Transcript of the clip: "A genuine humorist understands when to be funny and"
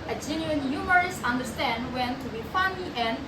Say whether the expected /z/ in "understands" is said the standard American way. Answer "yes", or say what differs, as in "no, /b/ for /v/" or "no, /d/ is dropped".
no, /z/ is dropped